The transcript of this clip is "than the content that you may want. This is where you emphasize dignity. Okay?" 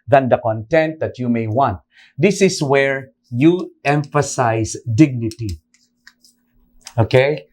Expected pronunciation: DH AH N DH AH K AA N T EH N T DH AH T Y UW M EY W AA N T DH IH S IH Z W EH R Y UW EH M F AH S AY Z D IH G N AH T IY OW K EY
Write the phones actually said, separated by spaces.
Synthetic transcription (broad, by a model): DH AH N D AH K AA N T EH N T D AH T Y UW M EY W AA N T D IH S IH S W EH R Y UW EH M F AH S AY S D IH G N AH T IY OW K EY